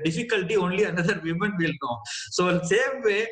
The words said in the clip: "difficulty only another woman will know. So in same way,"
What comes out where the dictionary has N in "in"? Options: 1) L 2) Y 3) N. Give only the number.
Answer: 1